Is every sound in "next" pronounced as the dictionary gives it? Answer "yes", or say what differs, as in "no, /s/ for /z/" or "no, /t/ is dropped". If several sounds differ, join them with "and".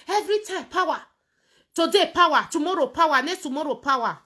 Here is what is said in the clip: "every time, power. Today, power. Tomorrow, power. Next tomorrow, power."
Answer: no, /k/ is dropped